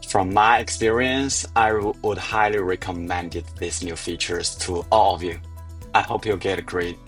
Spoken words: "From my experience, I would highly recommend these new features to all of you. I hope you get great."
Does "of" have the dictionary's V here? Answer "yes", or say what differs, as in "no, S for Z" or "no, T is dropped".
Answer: yes